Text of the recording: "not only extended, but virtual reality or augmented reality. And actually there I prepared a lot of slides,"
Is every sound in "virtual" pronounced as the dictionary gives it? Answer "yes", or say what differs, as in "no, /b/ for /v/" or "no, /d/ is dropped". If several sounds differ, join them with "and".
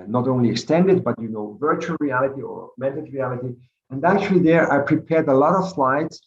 yes